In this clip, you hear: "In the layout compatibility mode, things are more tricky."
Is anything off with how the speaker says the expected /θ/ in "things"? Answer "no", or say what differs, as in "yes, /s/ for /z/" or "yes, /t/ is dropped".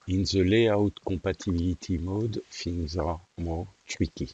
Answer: yes, /f/ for /θ/